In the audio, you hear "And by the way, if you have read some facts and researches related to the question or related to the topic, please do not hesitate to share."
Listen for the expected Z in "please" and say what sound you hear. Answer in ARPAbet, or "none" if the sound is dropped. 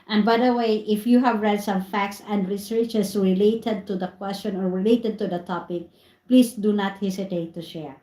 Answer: S